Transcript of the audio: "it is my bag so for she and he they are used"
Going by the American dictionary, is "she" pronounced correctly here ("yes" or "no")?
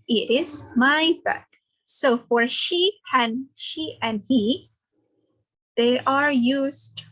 yes